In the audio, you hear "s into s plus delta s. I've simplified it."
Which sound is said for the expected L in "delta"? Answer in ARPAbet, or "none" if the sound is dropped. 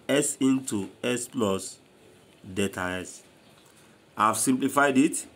none